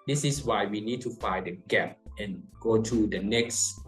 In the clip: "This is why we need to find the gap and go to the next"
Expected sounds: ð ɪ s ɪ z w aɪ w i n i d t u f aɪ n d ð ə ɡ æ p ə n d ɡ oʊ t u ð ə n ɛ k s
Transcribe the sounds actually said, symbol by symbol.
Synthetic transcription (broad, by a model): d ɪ s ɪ s w aɪ w i n i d t u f aɪ d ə ɡ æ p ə n ɡ oʊ t u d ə n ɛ k s